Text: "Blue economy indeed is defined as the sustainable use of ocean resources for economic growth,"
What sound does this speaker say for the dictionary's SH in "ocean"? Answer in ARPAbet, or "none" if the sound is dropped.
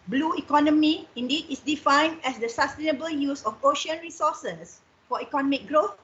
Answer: SH